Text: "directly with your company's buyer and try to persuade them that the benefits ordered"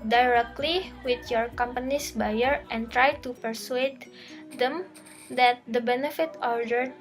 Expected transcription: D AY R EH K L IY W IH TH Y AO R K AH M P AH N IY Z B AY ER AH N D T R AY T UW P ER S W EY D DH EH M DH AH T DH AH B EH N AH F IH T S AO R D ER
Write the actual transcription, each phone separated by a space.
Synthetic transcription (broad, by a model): D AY R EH K L IY W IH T Y AO R K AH M P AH N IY S B AY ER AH N T R AY T UW P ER S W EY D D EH M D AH T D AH B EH N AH F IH T AO R D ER